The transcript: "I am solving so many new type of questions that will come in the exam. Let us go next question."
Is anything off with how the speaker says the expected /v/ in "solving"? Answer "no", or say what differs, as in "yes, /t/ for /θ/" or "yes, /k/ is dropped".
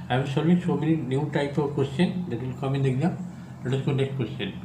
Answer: yes, /v/ is dropped